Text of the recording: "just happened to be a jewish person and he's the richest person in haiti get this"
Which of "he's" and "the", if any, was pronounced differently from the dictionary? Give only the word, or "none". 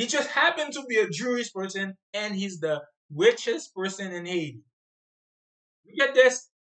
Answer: none